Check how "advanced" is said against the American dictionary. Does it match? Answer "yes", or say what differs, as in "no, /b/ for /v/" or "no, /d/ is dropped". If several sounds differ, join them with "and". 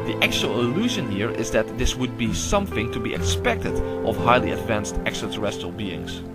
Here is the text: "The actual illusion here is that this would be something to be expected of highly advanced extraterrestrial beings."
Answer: yes